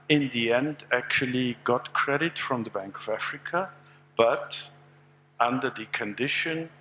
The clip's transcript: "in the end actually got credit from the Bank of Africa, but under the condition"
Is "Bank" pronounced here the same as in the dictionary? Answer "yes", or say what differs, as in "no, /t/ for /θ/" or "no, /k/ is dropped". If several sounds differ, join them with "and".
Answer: yes